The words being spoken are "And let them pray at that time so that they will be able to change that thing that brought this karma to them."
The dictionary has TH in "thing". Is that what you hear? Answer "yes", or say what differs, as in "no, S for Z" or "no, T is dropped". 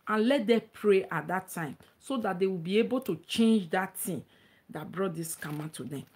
no, T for TH